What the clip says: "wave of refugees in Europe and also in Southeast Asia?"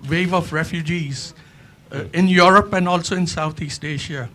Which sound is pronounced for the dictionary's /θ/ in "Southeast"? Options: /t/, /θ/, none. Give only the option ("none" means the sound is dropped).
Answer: /t/